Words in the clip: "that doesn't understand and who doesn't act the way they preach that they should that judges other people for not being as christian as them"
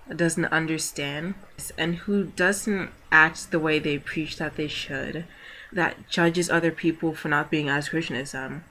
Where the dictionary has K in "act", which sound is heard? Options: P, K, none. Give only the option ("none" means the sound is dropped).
K